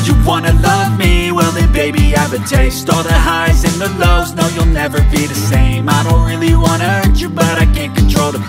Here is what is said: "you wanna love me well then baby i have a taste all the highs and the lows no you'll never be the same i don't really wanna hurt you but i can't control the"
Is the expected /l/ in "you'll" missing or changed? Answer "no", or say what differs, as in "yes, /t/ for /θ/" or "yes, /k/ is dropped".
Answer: no